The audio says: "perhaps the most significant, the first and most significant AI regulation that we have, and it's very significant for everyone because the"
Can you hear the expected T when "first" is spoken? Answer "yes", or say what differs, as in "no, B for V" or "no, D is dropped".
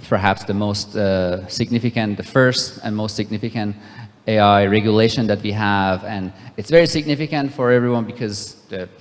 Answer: yes